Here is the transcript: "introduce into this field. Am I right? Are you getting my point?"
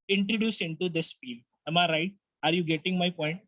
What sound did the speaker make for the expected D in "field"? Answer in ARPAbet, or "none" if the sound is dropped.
none